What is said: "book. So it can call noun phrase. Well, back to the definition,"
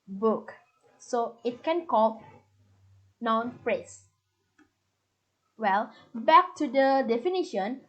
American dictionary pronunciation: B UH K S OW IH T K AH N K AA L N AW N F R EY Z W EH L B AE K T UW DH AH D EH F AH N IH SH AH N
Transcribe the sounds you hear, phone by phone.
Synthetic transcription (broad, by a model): B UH K S OW IH T K AH N K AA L N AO N P R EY S W EH L B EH K T UW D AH D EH F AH N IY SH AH N